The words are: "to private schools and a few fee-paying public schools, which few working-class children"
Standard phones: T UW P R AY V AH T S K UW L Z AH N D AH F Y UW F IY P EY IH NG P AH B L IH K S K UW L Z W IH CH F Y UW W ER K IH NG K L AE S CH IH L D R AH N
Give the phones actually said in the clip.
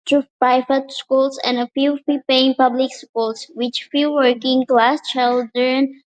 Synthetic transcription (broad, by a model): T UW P AY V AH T S K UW L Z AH N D AH F Y UW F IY P EY IH NG P AH B L IH K S K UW L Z W IH CH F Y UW W ER K IH NG K L AE S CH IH L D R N